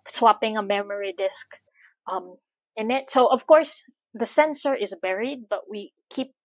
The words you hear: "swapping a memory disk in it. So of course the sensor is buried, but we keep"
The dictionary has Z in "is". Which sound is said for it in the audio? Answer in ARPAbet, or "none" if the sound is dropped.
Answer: Z